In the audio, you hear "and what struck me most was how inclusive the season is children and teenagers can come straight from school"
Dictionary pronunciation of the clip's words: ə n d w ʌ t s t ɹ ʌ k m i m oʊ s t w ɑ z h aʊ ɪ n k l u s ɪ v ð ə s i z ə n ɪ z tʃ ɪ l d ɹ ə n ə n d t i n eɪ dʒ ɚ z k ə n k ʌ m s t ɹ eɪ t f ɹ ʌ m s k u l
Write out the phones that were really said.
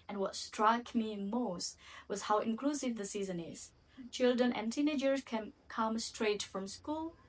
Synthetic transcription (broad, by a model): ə n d w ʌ t s t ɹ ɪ k m i m oʊ s t w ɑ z h aʊ ɪ n k l u s ɪ v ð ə s i z ə n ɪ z tʃ ɪ l d ɹ ə n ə n t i n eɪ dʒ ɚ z k ə n k ʌ m s t ɹ eɪ t f ɹ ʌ m s k u l